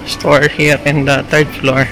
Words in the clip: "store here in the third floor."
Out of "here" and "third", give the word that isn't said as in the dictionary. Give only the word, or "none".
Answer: third